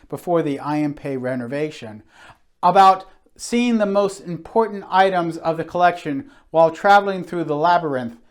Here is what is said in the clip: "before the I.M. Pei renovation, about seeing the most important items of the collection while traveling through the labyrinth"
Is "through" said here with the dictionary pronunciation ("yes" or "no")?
yes